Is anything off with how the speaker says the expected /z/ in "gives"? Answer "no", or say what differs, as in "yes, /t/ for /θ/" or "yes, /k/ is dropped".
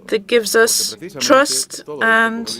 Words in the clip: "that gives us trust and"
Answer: no